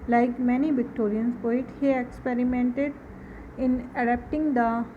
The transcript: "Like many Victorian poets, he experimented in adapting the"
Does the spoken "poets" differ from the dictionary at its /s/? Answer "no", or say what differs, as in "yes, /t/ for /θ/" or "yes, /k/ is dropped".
yes, /s/ is dropped